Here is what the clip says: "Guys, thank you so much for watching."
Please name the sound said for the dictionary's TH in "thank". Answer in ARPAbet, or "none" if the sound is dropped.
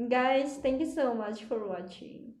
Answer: T